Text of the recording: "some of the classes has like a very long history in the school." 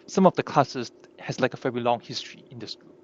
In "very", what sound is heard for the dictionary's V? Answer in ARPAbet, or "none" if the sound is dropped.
F